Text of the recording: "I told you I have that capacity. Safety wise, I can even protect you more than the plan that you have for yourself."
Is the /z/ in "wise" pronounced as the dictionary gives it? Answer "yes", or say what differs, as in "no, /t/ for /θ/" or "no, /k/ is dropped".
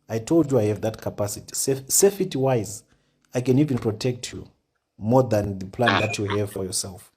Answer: yes